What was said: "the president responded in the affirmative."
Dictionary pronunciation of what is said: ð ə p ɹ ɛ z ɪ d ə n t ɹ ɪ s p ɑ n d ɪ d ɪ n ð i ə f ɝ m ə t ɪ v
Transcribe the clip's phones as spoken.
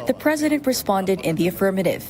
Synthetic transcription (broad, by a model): ð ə p ɹ ɛ z ɪ d ə n t ɹ ɪ s p ɑ n d ɪ d ɪ n ð i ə f ɝ m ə t ɪ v